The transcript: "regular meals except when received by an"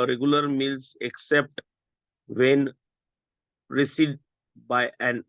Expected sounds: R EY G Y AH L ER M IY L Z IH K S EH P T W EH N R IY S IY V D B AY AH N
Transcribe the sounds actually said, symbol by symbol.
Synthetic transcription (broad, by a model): R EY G Y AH L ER M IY L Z IH K S EH P T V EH N R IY S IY D B AY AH N